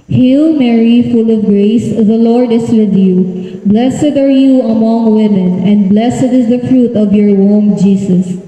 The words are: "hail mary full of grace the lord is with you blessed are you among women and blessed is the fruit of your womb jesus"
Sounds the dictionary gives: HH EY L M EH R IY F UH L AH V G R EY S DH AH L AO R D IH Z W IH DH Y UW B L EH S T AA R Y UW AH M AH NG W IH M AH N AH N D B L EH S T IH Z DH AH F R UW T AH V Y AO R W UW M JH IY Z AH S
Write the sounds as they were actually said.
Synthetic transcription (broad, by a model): HH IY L M EH R IY F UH L AH V G R EY S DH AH L AO R D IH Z W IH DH Y UW B L EH S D AA R Y UW AH M AH NG W IH M AH N AH N D B L EH S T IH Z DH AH F R UW T AH V Y AO R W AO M JH IY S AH S